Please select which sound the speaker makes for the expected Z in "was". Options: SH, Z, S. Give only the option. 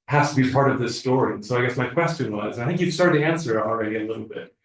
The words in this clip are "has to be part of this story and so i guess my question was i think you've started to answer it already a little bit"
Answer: Z